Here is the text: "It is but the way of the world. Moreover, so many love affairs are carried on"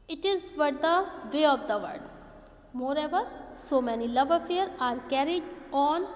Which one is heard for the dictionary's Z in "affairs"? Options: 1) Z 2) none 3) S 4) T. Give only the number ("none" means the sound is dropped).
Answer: 2